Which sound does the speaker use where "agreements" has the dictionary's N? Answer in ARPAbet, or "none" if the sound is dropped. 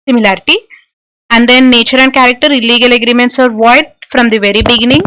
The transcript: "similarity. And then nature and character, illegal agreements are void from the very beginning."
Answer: N